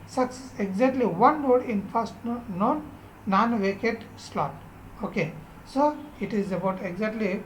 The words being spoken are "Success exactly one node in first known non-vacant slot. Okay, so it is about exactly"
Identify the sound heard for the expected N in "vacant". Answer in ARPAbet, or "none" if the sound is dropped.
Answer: none